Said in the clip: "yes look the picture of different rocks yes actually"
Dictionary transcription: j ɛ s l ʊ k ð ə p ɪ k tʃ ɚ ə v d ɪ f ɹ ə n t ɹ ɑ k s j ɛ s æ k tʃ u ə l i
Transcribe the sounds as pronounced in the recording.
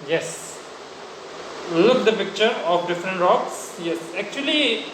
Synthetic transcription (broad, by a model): j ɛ s l ʊ k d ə p ɪ k tʃ ɚ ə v d ɪ f ɹ ə n t ɹ ɑ k s j ɛ s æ k tʃ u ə l i